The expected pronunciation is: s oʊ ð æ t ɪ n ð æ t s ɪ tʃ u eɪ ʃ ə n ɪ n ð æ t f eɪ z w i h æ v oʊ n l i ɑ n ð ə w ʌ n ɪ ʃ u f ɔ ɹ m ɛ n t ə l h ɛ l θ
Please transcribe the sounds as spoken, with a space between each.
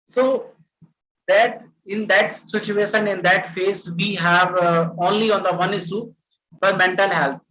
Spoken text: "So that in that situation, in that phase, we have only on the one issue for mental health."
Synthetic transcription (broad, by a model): s oʊ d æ t ɪ n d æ t s ɪ tʃ u eɪ ʃ ə n ɪ n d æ t f eɪ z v i h æ v oʊ n l i ɑ n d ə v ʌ n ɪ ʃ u f ɔ ɹ m ɛ n t ə l h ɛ l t